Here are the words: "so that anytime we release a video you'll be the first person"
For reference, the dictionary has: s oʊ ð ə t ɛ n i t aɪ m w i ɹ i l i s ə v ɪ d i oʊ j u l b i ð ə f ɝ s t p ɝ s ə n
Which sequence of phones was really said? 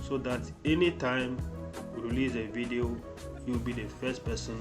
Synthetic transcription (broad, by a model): s oʊ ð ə t ɛ n i t aɪ m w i ɹ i l i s ə v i d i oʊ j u w b i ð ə f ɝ s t p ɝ s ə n